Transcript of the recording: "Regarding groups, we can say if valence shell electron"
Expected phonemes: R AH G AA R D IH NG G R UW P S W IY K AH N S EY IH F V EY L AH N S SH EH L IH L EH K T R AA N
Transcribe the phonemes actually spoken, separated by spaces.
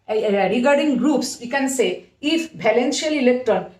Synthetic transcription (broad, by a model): R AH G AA R D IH NG G R UW P S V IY K AH N S EY IH F B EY L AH N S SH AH L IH L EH K T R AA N